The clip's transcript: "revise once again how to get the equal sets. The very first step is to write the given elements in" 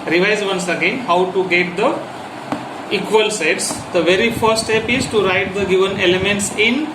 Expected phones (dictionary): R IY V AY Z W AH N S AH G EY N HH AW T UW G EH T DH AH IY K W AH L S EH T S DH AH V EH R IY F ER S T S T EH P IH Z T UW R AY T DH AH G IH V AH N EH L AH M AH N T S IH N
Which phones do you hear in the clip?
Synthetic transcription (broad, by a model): R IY V AY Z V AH N S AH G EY N HH AW T UW G EH T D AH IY K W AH L S EH T S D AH V EH R IY F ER T S T EH P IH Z T UW R AY T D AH G IH V AH N EH L AH M AH N T S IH N